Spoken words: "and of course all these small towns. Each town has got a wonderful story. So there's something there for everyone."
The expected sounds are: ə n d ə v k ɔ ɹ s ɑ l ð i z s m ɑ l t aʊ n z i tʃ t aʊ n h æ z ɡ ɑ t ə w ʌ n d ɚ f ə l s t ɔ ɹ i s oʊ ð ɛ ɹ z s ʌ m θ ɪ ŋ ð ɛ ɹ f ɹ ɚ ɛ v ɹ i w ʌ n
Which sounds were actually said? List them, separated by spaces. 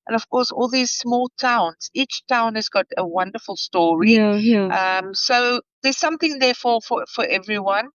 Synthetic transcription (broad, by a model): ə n ə v k ɔ ɹ s ɑ l ð i z s m ɑ l t aʊ n z i tʃ t aʊ n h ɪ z ɡ ɑ t ə w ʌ n d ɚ f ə l s t ɔ ɹ i s oʊ ð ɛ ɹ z s ʌ m θ ɪ ŋ ð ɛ ɹ f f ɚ ɛ v ɹ i w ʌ n